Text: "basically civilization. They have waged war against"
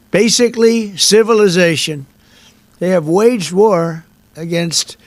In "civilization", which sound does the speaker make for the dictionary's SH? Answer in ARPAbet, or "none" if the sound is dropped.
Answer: SH